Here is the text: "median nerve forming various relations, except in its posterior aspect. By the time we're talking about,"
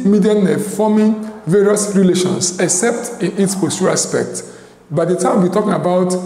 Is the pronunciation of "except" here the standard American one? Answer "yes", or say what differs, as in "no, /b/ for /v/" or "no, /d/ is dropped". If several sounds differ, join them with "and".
yes